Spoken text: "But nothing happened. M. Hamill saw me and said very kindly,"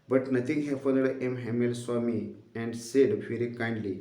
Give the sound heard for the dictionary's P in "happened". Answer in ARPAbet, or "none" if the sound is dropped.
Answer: F